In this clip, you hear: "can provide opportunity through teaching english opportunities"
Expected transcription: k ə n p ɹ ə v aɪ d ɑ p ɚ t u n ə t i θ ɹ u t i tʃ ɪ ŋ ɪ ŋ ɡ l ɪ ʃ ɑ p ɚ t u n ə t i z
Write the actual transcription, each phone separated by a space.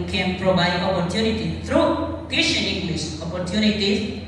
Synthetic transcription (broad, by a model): k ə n p ɹ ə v aɪ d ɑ p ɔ t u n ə t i t ɹ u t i ʃ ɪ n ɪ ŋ ɡ l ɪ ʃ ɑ p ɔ t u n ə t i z